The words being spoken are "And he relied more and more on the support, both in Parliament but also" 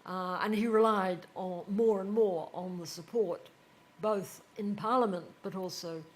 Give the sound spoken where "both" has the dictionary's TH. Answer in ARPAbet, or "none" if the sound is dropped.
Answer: TH